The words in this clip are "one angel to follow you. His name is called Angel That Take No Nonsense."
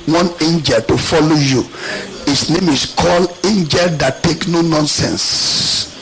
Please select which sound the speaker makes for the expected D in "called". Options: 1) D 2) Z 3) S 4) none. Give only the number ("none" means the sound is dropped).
4